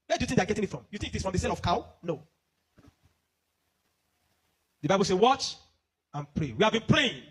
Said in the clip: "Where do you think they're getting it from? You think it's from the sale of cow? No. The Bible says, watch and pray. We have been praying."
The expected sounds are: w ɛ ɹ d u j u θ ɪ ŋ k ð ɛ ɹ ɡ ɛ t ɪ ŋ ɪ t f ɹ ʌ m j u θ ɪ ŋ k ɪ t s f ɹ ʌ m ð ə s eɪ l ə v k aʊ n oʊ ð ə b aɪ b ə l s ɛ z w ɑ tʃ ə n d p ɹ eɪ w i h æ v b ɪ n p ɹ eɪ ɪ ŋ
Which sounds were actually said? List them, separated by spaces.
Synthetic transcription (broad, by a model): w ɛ d u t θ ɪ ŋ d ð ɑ ɡ ɛ t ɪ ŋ ɪ t f ɹ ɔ m j u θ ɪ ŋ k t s f ɹ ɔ m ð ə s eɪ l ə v k aʊ n oʊ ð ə b aɪ b ə l s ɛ w ɑ tʃ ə n p ɹ eɪ w i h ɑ v b ɪ n p ɹ eɪ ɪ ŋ